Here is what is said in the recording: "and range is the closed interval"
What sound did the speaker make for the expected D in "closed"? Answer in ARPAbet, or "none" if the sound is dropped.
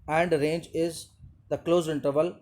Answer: none